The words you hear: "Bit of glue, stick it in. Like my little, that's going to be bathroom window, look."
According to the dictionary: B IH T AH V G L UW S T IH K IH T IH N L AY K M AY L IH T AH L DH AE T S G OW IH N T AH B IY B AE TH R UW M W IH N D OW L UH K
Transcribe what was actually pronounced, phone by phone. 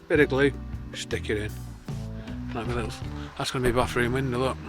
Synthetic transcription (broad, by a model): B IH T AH G L UW S T IH K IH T IH N N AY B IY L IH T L DH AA T S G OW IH N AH B IY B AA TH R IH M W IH N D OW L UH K